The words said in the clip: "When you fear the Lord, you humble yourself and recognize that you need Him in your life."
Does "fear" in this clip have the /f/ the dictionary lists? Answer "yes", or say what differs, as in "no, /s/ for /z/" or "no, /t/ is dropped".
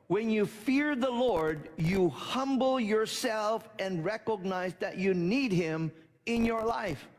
yes